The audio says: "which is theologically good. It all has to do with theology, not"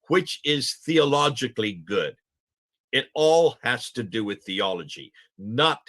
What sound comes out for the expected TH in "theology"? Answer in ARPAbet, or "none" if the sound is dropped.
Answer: TH